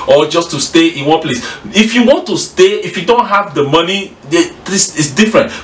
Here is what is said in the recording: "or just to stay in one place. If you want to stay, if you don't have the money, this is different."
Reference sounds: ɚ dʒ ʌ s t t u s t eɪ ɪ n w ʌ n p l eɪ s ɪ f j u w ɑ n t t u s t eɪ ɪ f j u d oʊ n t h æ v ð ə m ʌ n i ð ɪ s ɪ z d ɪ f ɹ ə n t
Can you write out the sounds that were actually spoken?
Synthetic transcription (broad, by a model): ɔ dʒ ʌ s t t u s t eɪ ɪ n w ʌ n p l eɪ s ɪ f j u w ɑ n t t u s t eɪ ɪ f j u d oʊ n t h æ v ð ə m ʌ n i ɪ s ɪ s d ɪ f ɹ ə n t